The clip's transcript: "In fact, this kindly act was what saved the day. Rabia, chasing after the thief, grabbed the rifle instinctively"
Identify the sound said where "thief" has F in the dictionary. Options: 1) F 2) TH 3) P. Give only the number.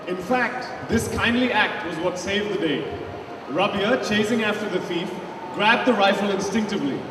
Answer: 1